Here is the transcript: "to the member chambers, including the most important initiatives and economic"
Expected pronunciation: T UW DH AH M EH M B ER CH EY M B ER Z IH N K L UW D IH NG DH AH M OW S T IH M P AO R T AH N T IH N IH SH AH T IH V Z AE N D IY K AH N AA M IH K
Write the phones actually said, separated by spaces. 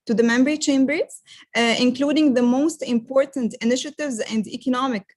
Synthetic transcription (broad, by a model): T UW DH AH M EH M B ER CH EY M B ER Z IH N K L UW D IH NG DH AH M OW S T IH M P AO R T AH N T IH N IH SH AH T IH V Z AE N D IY K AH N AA M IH K